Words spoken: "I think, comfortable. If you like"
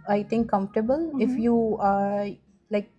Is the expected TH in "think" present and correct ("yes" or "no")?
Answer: no